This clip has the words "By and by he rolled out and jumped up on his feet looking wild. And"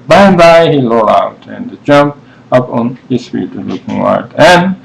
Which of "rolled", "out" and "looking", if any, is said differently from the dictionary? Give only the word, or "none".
rolled